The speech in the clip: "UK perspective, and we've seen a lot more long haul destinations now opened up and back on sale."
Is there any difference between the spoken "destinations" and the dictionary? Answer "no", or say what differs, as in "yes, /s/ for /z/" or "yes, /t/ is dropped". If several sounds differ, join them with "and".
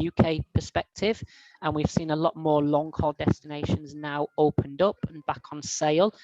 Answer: no